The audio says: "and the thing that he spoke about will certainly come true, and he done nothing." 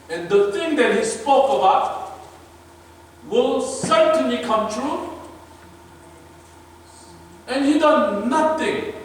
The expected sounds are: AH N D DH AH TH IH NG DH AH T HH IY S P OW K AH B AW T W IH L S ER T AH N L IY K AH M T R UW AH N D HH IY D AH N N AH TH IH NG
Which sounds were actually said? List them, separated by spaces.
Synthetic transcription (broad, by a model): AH N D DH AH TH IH NG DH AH T HH IY S P OW K AH B AW T W IH L S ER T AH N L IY K AH M T R UW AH N HH IY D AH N N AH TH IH NG